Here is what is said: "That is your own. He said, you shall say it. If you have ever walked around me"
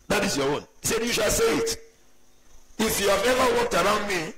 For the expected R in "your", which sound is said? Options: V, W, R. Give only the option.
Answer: W